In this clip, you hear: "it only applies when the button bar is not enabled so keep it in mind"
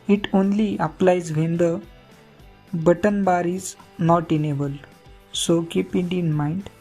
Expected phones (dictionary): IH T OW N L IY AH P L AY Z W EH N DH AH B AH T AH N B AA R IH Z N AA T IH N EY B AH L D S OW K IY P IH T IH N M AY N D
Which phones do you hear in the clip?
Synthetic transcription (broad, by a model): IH T OW N L IY AH P L AY Z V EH N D AH B AH T AH N B AA R IH Z N AA T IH N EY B AH L S OW K IY P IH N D N M AY N D